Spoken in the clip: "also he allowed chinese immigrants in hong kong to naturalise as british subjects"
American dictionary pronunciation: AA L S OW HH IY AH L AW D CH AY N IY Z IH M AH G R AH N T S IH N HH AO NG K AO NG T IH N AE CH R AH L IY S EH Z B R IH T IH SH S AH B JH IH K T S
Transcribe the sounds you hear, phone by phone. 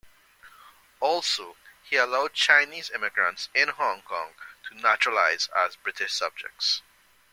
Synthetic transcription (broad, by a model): AA L S OW HH IY AH L AW D CH AY N IY Z IH M AH G R AH N T S IH N HH AO NG K AO NG T IH N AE CH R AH L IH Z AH Z B R IH T IH SH S AH B JH IH K T S